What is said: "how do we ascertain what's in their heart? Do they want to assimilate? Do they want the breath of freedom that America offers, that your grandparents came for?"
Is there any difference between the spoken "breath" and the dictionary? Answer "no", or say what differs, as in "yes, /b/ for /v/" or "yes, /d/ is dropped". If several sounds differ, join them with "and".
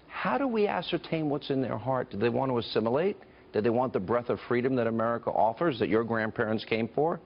no